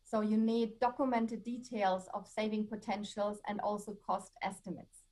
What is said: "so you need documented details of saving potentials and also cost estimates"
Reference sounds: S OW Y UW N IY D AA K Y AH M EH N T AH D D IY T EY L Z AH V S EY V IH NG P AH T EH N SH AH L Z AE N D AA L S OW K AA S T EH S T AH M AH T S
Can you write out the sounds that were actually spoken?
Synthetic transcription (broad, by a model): S OW Y UW N IY D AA K Y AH M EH N T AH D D IY T EY L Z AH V S EY V IH NG P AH T EH N SH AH L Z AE N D AA L S OW K AA S T EH S T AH M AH T S